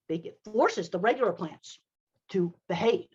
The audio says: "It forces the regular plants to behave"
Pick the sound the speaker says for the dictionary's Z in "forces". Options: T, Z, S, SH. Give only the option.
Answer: Z